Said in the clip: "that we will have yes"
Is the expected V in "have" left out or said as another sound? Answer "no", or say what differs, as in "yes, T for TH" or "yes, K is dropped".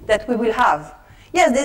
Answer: no